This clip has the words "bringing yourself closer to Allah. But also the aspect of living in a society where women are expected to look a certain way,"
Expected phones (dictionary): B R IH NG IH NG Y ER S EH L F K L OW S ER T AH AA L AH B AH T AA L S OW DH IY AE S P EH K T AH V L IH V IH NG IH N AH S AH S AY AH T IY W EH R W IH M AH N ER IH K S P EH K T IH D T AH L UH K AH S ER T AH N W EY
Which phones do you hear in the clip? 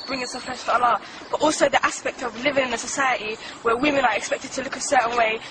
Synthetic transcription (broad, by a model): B R IH NG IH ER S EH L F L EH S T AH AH L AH B AH T AA L S OW DH IY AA S P EH K T AH V L IH V IH NG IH N AH S AH S AY AH T IY W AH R W IH M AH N ER IH K S P EH K T IH D T AH L UH K AH S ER T N W EY